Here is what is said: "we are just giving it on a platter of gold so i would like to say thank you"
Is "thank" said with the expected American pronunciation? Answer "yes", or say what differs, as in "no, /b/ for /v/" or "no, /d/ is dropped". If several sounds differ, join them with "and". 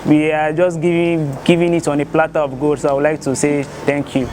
no, /t/ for /θ/